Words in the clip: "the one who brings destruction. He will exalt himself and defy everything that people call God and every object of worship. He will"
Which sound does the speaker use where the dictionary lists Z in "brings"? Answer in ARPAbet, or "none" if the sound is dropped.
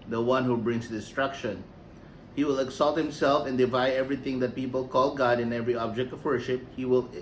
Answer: S